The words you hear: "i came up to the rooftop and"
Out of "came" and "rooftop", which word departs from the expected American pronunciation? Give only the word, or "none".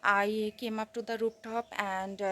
rooftop